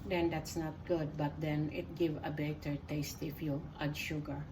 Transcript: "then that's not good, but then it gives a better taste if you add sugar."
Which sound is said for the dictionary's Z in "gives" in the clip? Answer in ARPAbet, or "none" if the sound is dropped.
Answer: none